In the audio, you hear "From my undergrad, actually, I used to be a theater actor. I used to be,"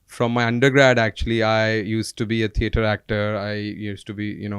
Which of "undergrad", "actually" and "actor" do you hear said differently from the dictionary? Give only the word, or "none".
none